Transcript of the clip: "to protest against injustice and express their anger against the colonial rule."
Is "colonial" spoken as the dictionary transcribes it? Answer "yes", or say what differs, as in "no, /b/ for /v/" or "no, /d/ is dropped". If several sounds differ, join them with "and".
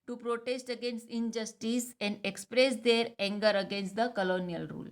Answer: yes